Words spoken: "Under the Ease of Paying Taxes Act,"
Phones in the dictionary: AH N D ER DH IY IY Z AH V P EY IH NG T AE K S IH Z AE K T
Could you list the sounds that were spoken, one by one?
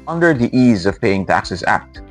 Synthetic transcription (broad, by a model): AH N D ER DH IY IY Z AH V P EY IH NG T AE K S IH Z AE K T